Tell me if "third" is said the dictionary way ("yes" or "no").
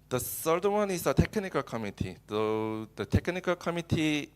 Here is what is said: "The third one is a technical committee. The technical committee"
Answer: no